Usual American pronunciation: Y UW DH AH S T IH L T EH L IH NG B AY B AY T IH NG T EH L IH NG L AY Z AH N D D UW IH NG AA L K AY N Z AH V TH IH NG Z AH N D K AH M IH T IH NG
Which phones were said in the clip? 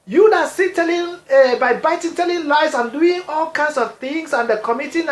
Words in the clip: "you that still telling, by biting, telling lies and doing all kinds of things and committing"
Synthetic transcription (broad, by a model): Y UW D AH S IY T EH L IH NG B AY B AY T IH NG T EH L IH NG L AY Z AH N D D UW IH NG AA L K AY N S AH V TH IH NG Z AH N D K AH M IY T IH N